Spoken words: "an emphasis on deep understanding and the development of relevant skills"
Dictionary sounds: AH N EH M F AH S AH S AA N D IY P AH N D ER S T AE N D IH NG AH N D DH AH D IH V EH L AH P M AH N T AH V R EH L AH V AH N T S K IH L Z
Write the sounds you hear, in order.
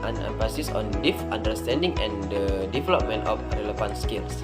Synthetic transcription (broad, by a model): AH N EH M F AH S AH S AA N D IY F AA N D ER S T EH N D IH NG AH N D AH D IH V EH L AH P M AH N T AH F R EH L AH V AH N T S K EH L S